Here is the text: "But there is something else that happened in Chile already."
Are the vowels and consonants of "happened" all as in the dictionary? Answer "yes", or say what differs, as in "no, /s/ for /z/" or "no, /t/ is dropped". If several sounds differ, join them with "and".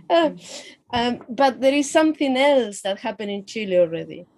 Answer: no, /d/ is dropped